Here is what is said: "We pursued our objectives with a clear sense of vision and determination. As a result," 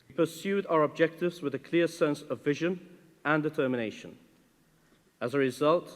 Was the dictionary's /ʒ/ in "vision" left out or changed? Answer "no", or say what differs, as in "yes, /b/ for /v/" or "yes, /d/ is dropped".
no